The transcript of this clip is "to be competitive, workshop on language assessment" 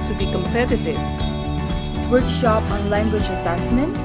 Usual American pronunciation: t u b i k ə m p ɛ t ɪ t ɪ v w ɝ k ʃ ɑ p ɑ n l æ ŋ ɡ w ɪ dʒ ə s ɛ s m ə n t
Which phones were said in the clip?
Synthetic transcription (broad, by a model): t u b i k ə m p ɛ t ɪ t ɪ v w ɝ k ʃ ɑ p ɑ n l æ ŋ ɡ w ɪ dʒ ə s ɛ s m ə n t